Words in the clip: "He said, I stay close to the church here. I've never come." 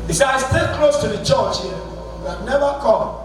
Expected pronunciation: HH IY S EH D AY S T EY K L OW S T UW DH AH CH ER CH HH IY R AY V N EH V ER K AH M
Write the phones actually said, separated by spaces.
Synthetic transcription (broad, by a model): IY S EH AY S T EY K L OW S T UW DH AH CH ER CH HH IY W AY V N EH V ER K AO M